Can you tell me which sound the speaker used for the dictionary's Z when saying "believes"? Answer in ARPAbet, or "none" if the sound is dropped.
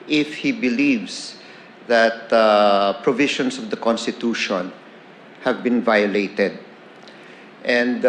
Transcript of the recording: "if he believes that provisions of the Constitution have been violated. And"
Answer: S